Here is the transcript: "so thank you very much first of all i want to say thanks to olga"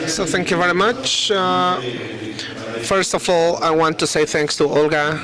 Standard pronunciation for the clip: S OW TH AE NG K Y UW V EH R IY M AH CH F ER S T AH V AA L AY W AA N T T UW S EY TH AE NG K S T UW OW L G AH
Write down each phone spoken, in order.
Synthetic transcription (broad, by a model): S OW TH AE NG K Y UW V EH R IY M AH CH F ER S T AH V AA L AY W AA N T T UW S EY TH AE NG K S T UW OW L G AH